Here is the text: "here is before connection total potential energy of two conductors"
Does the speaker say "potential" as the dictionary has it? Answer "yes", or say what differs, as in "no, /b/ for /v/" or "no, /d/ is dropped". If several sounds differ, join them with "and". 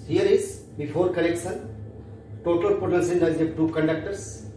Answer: no, /s/ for /ʃ/